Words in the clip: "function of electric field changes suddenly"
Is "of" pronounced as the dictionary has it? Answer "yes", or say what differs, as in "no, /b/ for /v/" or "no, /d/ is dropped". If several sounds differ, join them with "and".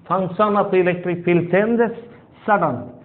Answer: no, /p/ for /v/